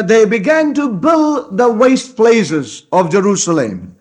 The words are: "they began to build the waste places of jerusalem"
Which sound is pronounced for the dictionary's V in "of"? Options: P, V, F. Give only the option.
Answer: V